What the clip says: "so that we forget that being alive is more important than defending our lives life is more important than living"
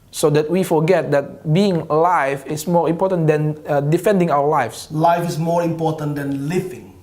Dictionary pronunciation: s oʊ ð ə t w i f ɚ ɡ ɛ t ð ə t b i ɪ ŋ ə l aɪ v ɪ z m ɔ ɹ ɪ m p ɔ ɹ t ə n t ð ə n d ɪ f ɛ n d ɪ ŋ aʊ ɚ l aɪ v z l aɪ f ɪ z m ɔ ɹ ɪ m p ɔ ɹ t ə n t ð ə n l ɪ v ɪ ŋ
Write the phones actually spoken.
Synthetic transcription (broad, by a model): s oʊ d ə t w i f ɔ ɡ ɛ t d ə t b i ɪ ŋ l aɪ f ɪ s m ɔ ɹ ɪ m p ɔ t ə n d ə n d ɪ f ɛ n d ɪ ŋ aʊ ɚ l aɪ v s l aɪ f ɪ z m ɔ ɹ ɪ m p ɔ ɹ t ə n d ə n l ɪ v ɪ ŋ